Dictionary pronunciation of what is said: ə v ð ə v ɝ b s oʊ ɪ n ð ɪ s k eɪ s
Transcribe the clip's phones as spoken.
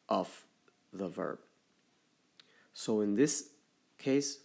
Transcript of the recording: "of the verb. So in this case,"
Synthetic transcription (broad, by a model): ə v ð ə v ɝ b s oʊ ɪ n ð ɪ s k eɪ s